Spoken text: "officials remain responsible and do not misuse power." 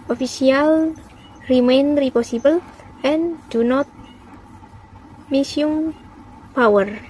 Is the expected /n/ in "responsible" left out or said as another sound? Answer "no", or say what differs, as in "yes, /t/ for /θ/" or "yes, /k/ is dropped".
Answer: yes, /n/ is dropped